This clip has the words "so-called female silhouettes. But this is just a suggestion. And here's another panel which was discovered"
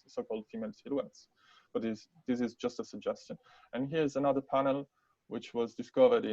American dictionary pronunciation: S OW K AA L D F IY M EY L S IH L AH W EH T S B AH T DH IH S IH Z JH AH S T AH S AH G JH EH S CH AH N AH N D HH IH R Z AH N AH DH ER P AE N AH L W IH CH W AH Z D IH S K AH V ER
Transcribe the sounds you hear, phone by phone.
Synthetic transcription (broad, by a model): S OW K AA L D F IY M EY L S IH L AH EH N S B AH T DH IH S IH Z JH AH S T AH S AH G JH EH S CH AH N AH N HH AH R Z AH N AH DH ER P AE N AH L W IH CH W AH Z D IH S K AH V ER